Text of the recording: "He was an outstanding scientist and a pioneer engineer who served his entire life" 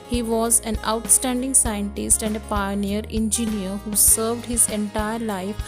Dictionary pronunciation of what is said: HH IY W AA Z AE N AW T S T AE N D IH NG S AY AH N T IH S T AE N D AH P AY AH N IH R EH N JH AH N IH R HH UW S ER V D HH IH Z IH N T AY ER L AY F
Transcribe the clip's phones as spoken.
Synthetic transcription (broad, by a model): HH IY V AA Z AE N AW T S T AE N D IH NG S AY AH N T IH S T AE N D AH P AY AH N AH R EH N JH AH N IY R HH UW S ER V D HH IH Z IH N T AY ER L AY F